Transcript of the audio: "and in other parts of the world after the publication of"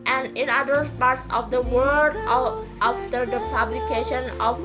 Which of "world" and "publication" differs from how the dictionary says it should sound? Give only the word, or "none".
world